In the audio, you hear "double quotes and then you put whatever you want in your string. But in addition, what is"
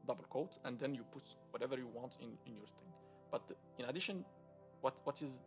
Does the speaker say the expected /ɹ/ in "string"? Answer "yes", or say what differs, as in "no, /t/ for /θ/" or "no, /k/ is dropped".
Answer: no, /ɹ/ is dropped